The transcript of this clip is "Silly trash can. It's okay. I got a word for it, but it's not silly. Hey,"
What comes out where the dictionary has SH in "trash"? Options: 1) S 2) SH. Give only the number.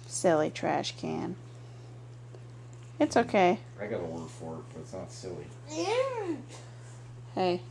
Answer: 2